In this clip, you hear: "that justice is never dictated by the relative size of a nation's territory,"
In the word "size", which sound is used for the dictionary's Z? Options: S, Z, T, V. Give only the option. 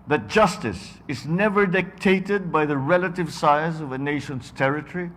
Z